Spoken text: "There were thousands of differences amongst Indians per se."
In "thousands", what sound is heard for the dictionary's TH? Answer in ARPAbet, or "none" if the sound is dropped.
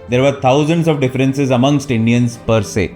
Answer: T